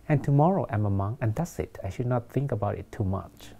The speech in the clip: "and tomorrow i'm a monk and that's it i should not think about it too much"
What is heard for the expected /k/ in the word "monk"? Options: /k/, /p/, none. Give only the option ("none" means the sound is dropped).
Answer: none